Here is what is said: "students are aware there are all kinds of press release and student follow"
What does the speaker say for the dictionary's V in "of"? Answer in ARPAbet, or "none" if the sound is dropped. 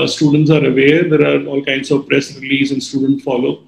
V